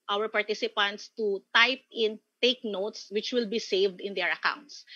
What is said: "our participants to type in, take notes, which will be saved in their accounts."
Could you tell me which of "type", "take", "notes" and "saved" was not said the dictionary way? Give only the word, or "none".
none